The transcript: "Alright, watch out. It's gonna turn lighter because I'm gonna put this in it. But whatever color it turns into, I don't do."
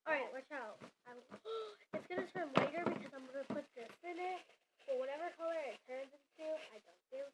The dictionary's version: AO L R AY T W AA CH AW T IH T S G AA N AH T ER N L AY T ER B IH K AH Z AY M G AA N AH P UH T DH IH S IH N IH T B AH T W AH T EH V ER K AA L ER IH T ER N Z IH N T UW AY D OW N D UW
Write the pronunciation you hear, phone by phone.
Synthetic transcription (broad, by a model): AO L R AY T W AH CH AW T IH T S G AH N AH T ER N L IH T ER B IH K AH Z AY M G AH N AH P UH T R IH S IH N IH T B AH T W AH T EH V ER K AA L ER IH T ER N Z IH N T UW AY D OW N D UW